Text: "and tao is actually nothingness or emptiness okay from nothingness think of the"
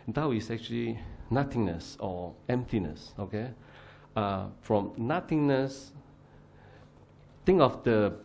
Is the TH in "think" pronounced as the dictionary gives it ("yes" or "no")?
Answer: no